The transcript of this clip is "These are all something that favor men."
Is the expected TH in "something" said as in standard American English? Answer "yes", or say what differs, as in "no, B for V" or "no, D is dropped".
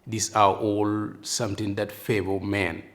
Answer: no, T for TH